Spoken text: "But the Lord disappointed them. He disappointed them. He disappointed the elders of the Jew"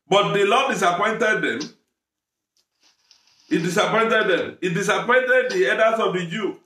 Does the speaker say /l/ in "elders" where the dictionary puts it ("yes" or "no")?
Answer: no